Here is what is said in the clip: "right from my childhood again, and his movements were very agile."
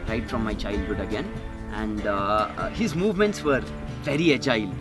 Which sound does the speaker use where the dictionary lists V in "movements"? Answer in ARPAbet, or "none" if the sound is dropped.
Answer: V